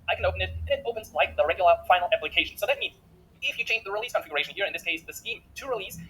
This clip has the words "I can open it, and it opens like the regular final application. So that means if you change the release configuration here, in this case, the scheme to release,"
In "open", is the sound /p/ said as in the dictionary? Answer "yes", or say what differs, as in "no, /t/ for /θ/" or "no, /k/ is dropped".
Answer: yes